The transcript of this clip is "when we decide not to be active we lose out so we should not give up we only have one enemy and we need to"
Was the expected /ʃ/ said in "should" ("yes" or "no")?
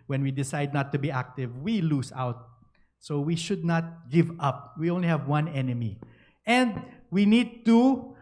yes